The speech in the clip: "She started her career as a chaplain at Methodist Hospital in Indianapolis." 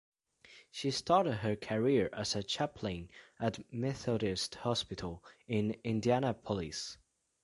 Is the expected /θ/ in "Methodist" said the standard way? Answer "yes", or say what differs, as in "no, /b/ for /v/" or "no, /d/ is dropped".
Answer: yes